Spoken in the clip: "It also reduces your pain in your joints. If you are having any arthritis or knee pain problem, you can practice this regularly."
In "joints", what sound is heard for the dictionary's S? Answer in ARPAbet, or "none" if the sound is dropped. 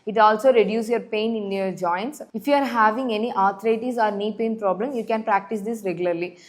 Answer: S